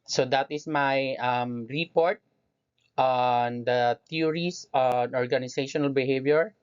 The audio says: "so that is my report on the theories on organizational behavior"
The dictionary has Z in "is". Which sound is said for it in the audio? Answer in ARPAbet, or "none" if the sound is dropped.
S